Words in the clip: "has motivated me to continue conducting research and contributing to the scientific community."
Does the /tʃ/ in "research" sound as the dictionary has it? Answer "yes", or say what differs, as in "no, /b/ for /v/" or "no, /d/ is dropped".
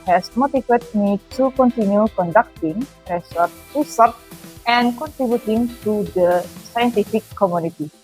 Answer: no, /s/ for /tʃ/